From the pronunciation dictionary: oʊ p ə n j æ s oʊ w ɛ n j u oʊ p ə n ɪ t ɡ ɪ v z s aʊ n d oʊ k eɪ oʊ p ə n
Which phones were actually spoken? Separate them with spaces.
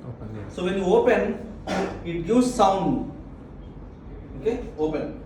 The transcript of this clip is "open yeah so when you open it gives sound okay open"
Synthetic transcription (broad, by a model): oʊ s oʊ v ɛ n j u oʊ p ə n ɪ t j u z s aʊ n d oʊ k eɪ oʊ p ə n